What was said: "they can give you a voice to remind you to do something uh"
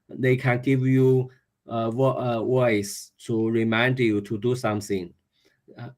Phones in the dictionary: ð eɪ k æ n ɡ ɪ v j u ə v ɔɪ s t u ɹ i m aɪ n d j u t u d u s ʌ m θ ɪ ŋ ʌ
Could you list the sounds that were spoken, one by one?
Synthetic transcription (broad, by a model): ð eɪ k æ n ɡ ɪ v j u ə w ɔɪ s t u ɹ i m aɪ n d j u t u d u s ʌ m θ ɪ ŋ